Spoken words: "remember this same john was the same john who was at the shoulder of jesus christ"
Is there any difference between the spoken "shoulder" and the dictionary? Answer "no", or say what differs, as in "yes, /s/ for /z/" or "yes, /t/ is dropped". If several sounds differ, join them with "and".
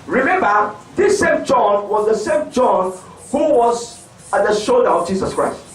no